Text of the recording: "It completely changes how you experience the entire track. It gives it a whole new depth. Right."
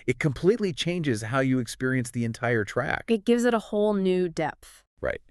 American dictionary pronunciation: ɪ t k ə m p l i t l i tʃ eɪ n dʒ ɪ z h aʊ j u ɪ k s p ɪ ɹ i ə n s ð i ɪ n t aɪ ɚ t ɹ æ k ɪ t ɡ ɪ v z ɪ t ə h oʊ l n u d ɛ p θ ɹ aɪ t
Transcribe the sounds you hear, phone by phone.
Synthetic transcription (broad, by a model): ɪ t k ə m p l i t l i tʃ eɪ n dʒ ɪ z h aʊ j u ɪ k s p ɪ ɹ i ə n s ð i ɪ n t aɪ ɚ t ɹ æ k ɪ t ɡ ɪ v z ɪ t ə h oʊ l n u d ɛ p θ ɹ aɪ t